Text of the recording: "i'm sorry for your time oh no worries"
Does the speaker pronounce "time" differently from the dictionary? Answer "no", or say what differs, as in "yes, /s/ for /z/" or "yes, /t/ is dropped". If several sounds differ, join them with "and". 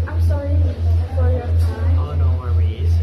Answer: yes, /m/ is dropped